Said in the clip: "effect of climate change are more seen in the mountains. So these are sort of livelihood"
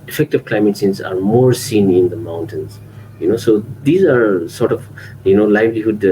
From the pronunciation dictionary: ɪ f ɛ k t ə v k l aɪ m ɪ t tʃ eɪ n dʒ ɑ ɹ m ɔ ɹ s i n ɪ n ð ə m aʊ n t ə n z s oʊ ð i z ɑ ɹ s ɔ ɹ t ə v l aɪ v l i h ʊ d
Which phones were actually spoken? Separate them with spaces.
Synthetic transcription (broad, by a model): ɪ f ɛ k t ə v k l aɪ m ɪ t s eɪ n z ɑ ɹ m ɔ ɹ s i n ɪ n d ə m aʊ n t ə n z s oʊ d i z ɑ ɹ s ɔ ɹ t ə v l aɪ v l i h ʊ d